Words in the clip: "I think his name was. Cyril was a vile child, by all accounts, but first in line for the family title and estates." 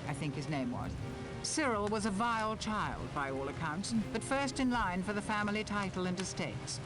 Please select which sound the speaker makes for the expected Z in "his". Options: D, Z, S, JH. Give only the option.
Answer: Z